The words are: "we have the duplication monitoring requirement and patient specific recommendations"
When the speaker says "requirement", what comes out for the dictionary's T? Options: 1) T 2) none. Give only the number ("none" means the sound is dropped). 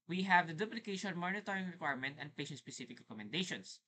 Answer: 1